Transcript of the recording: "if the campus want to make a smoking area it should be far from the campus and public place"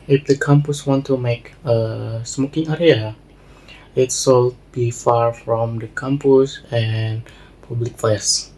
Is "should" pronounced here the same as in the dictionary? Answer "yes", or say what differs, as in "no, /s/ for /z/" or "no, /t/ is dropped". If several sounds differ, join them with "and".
no, /s/ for /ʃ/